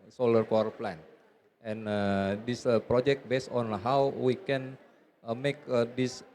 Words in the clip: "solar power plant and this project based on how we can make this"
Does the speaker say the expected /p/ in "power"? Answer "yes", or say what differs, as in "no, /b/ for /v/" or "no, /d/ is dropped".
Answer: no, /f/ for /p/